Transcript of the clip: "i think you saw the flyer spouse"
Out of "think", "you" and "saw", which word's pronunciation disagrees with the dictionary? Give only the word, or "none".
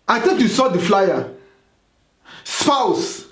think